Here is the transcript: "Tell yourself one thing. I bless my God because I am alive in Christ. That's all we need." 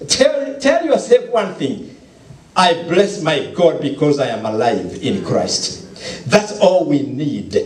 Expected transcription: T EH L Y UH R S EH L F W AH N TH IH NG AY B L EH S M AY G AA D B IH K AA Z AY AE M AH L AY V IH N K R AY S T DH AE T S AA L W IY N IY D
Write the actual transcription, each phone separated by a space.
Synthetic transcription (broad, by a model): T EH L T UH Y S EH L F W AH N TH IH NG AY B L EH S M AY G AA D B IH K AA Z AY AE M AH L AY V IH N K R AY S T DH AE T S AA L W IY N IY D